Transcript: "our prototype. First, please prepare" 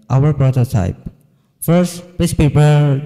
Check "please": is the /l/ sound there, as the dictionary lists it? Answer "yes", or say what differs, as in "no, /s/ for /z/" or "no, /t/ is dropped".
no, /l/ is dropped